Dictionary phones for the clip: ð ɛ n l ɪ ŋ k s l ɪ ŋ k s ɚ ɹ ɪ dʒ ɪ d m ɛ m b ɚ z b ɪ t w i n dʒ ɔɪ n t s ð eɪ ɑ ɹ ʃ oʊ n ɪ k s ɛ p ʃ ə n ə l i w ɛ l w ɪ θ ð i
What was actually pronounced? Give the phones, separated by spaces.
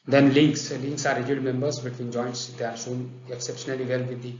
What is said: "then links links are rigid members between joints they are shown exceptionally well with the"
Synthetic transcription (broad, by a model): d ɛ n l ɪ ŋ k s l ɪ ŋ k s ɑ ɹ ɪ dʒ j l m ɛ m b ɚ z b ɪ t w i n dʒ ɔɪ n t s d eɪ ɑ ɹ s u n ɪ k s ɛ p ʃ ə n ə l i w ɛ l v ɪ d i